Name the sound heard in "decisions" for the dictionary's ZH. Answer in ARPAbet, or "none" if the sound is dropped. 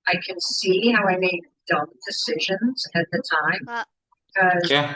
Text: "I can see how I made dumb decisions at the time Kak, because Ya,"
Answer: ZH